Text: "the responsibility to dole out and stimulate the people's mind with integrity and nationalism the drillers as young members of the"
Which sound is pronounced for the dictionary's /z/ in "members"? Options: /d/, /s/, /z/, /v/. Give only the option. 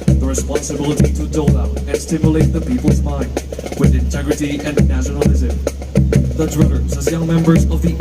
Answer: /z/